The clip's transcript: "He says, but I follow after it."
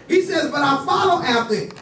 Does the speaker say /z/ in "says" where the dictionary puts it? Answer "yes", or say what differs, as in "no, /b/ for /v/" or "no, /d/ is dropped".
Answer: yes